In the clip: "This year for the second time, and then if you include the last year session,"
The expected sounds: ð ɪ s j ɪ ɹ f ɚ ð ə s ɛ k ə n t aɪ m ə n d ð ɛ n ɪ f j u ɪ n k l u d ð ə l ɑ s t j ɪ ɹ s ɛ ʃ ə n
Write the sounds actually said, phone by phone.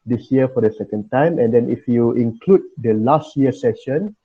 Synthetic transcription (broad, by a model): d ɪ s j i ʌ f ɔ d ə s ɛ k ə n t aɪ m ə n d ɛ n ɪ f j u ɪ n k l u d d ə l ɑ s t j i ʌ s ɛ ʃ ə n